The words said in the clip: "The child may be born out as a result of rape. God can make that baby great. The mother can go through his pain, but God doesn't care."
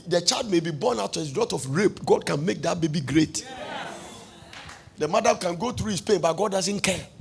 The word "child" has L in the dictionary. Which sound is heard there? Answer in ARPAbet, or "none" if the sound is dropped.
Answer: L